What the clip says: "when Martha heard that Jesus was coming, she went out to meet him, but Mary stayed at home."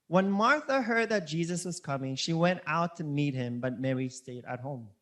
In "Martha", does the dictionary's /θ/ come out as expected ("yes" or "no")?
yes